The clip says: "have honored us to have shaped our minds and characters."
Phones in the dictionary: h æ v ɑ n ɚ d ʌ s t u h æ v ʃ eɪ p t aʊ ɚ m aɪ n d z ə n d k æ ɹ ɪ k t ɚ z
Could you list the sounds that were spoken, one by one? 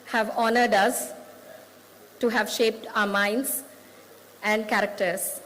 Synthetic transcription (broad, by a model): h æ v ɑ n ɚ d ʌ s t u h æ v ʃ eɪ p t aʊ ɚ m aɪ n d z ə n d k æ ɹ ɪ k t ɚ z